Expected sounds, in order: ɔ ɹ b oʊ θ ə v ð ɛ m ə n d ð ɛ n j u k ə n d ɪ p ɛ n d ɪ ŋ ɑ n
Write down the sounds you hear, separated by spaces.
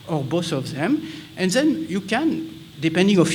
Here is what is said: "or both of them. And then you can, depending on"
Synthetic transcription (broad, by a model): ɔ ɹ b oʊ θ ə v ð ɛ m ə n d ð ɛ n j u k ə n d ɪ p ɛ n d ɪ ŋ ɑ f